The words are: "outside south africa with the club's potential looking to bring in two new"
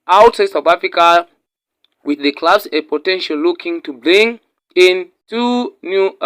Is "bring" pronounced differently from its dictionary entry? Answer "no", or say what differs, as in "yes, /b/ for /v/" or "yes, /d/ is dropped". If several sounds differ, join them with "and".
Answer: yes, /l/ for /ɹ/